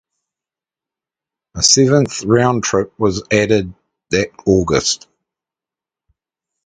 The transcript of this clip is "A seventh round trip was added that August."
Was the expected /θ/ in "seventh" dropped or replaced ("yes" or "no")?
no